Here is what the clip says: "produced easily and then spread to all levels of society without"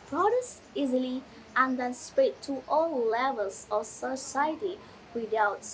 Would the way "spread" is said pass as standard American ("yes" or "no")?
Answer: no